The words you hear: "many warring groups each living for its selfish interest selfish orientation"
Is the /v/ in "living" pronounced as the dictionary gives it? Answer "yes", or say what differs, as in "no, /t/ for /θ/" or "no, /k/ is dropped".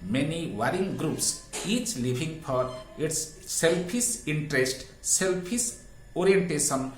no, /b/ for /v/